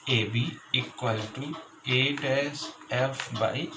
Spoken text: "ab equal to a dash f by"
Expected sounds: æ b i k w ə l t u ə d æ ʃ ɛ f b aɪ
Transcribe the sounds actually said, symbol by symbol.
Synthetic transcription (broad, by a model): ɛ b i k w ə l t u ə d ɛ s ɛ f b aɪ